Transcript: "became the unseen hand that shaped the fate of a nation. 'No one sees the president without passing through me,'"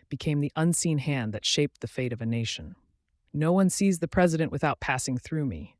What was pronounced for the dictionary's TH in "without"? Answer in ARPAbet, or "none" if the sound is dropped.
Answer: TH